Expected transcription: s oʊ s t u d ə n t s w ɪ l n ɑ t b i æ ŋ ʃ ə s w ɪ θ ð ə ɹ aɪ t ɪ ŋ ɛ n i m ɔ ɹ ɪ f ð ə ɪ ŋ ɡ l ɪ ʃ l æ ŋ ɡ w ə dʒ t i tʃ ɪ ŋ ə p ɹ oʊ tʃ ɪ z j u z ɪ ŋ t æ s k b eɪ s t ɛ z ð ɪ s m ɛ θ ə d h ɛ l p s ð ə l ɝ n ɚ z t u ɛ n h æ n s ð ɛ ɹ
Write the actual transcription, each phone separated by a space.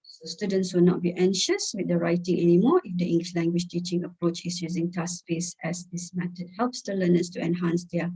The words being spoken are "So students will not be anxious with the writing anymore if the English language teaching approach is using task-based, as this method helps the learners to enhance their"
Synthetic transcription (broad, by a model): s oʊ s t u d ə n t s w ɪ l n ɑ t b i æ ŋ ʃ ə s w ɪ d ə ɹ aɪ t ɪ ŋ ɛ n i m ɔ ɪ f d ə ɪ ŋ ɡ l ɪ ʃ l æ ŋ ɡ w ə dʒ t i tʃ ɪ ŋ ə p ɹ oʊ tʃ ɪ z j u z ɪ ŋ t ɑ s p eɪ s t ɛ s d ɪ s m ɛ t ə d h ɛ l p s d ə l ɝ n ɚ s t u ɛ n h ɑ n s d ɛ